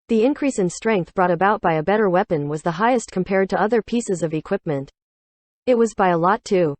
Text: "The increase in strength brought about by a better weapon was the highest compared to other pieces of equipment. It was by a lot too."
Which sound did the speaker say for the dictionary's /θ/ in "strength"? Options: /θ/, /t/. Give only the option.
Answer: /θ/